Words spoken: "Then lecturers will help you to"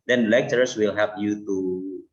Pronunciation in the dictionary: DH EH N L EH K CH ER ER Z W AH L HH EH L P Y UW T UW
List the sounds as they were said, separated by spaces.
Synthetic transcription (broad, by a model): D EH N L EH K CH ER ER S W AH L HH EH P Y UW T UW